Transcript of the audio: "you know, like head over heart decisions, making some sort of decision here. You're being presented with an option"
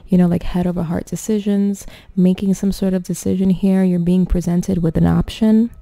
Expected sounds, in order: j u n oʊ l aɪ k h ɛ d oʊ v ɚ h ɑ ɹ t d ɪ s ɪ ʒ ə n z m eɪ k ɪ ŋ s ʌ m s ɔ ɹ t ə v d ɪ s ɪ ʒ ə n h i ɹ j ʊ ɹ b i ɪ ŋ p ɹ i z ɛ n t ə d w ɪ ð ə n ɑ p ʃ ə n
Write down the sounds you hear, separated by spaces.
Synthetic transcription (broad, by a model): j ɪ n oʊ l aɪ k h ɛ d oʊ v ɚ h ɑ ɹ t d ɪ s ɪ ʒ ə n z m eɪ k ɪ ŋ s ʌ m s ɔ ɹ t ə v d ɪ s ɪ ʒ ə n h i ɹ j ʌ ɹ b i ɪ ŋ p ɹ i z ɛ n t ə d w ɪ ð ə n ɑ p ʃ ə n